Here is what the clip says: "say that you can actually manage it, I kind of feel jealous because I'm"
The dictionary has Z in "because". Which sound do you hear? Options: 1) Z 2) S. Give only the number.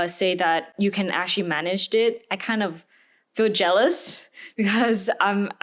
1